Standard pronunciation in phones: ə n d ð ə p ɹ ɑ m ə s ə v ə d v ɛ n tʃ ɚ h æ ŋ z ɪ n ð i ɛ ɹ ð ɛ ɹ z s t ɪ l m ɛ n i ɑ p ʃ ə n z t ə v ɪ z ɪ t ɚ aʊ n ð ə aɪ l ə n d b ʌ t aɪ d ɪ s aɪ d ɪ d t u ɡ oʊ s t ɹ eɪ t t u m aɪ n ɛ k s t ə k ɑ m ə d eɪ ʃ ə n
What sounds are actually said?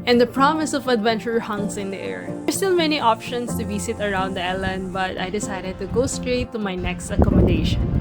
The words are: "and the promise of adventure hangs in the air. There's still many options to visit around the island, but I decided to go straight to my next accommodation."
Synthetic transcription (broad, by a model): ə n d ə p ɹ ɑ m ə s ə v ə d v ɛ n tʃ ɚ h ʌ ŋ s ɪ n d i ɛ ɹ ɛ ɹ s t ɪ l m ɛ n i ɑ p ʃ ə n s t ə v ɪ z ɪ t ɚ aʊ n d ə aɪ l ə n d b ʌ t aɪ d ɪ s aɪ d ɪ d t u ɡ oʊ s t ɹ eɪ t t u m aɪ n ɛ k s t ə k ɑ m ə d eɪ ʃ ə n